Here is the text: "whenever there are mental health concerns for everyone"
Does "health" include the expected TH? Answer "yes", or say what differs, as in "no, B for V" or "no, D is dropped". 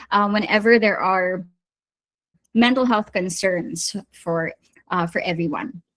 yes